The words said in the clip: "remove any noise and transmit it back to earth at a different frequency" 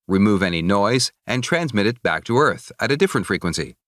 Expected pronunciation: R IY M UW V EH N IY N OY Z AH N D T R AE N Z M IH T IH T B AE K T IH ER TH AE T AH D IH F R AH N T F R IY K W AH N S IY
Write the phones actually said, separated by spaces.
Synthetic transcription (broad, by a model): R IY M UW V EH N IY N OY Z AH N T R AE N Z M IH T IH T B AE K T IH ER TH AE T AH D IH F R AH N T F R IY K W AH N S IY